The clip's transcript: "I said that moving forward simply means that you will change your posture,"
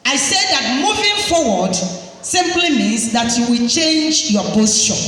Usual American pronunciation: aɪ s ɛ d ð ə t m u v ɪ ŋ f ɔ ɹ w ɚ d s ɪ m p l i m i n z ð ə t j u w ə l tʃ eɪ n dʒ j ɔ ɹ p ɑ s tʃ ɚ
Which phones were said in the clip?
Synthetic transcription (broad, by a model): aɪ s ɛ d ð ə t m u v ɪ ŋ f ɔ w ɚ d s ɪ m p l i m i z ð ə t j u w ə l tʃ eɪ n dʒ j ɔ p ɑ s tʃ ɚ